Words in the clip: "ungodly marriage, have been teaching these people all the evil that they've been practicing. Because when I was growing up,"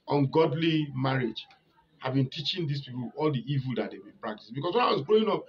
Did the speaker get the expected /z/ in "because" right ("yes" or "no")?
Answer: no